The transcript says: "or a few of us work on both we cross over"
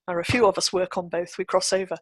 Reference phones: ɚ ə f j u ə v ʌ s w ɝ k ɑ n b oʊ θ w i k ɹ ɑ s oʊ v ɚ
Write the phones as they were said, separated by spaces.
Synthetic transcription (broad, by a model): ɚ ə f j u ə v ʌ s w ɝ k n b oʊ θ w i k ɹ ɑ s oʊ v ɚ